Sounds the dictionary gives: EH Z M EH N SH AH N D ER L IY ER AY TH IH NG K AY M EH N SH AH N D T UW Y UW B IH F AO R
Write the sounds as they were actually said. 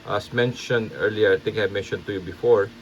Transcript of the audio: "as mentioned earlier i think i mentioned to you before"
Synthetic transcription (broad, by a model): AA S M EH N SH AH N D ER L IY ER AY T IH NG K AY M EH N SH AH N T UW Y UW B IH F AO R